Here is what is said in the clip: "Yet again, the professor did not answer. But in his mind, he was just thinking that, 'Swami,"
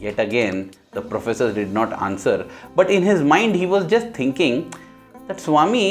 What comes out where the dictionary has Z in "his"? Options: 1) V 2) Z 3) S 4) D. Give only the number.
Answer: 2